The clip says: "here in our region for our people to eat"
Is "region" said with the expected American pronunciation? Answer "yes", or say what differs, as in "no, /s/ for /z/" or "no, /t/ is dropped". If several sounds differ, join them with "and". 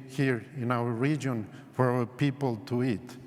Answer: yes